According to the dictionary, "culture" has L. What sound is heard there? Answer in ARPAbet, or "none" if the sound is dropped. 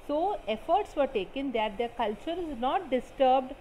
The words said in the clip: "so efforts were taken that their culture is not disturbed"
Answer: L